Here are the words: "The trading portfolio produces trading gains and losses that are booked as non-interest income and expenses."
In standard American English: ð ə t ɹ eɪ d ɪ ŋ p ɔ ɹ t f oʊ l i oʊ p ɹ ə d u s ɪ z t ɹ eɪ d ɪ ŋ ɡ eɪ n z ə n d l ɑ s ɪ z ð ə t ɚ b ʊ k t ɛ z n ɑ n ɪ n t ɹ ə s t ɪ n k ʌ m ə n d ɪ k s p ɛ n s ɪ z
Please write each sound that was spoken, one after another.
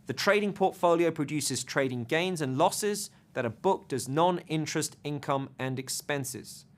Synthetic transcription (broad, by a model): ð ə t ɹ eɪ d ɪ ŋ p ɔ t f oʊ l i oʊ p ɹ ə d u s ɪ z t ɹ eɪ d ɪ ŋ ɡ eɪ n z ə n l ɑ s ɪ z ð ə t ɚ b ʊ k t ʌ z n ɑ n ɪ n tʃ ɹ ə s t ɪ n k ʌ m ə n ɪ k s p ɛ n s ɪ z